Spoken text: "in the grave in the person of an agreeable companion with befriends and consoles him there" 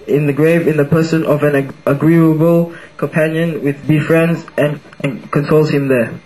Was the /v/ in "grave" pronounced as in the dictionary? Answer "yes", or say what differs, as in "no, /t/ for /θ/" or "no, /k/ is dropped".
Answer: yes